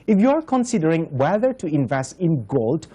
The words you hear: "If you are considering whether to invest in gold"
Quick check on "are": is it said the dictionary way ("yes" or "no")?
yes